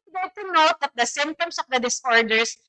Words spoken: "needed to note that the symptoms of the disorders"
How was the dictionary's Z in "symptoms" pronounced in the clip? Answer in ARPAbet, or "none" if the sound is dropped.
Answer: S